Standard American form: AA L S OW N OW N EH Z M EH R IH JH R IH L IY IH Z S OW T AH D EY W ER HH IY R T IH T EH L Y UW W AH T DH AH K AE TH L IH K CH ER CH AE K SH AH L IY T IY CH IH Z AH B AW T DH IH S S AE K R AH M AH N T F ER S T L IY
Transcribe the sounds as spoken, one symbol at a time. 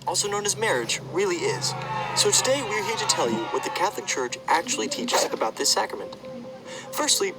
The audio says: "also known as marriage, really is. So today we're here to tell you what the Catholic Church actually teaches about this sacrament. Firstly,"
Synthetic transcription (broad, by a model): AA L S OW N OW N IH Z M EH R IH JH R IH L IY IH Z S OW T AH D EY W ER HH IY R T IH T EH L Y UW W AH T DH AH K AE TH L IH K CH ER CH AE K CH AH L IY T IY CH IH Z AH B AW T DH IH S S AE K R AH M AH N T F ER S T L IY